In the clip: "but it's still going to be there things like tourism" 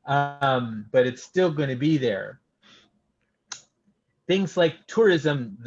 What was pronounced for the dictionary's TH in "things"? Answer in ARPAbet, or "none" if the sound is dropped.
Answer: TH